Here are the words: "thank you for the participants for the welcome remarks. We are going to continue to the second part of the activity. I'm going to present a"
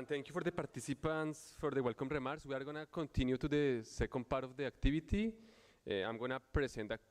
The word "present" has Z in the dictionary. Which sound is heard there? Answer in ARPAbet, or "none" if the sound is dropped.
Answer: S